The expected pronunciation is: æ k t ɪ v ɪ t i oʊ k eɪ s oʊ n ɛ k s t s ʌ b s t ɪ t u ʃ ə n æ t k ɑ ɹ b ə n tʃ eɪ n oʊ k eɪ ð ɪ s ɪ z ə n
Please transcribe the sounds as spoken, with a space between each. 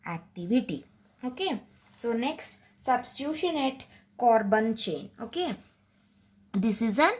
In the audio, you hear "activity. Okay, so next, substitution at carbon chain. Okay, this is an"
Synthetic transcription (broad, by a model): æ k t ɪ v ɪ t i oʊ k eɪ s oʊ n ɛ k s t s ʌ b s t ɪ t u ʃ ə n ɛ t k ɑ ɹ b ə n tʃ eɪ n oʊ k eɪ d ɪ s ɪ z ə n